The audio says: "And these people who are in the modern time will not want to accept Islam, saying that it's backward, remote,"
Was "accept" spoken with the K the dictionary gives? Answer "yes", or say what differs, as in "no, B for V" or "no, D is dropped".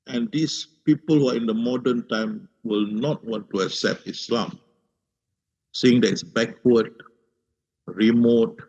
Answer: yes